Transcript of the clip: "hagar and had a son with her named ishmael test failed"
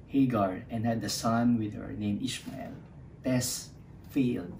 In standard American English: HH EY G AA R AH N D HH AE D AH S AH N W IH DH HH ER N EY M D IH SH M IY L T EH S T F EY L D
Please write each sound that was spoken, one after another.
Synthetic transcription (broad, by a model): HH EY G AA R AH N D HH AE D AH S AH N W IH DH HH ER N EY M IH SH M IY L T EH S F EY L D